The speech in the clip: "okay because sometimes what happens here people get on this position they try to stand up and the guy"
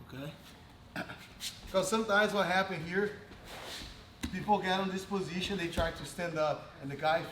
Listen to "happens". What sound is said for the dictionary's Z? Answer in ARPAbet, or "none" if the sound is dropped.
none